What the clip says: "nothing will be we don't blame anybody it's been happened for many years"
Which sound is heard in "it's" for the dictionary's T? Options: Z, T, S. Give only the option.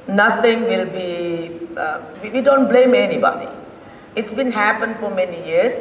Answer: T